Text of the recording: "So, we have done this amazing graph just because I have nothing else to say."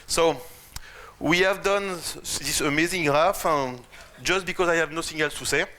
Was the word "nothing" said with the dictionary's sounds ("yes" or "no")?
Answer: no